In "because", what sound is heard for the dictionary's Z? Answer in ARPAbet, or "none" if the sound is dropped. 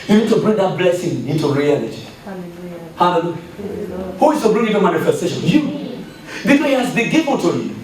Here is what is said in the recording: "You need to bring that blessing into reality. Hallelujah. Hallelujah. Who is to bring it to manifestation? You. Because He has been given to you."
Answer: none